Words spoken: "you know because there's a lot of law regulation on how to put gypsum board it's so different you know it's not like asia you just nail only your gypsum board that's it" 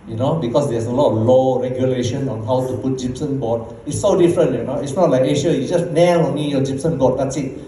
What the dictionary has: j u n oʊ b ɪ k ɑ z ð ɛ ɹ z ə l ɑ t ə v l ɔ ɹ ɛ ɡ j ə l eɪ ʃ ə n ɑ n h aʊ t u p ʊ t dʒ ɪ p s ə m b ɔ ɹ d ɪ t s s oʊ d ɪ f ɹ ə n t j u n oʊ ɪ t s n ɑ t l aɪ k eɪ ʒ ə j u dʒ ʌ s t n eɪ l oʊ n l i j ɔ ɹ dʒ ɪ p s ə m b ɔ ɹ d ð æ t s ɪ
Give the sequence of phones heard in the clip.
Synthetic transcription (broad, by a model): j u n oʊ b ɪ k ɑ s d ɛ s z ə l ɑ t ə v l ɔ ɹ ɛ ɡ j ə l eɪ ʃ ə n ɑ n h aʊ t u p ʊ t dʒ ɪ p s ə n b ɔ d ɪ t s s oʊ d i f ɹ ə n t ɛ n oʊ ɪ t s n ɑ t l aɪ k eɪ ʃ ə j u dʒ ʌ s t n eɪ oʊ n i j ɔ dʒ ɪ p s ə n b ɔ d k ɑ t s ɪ